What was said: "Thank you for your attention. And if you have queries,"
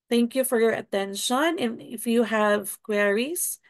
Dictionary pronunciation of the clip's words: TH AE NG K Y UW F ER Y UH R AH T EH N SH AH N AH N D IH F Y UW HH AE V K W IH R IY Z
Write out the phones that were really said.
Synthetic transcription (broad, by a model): TH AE NG K Y UW F ER Y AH R AH T EH N SH AH N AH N IH F Y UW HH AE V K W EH R IY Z